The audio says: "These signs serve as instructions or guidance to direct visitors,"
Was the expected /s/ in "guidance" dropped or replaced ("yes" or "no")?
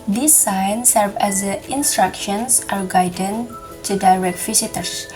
yes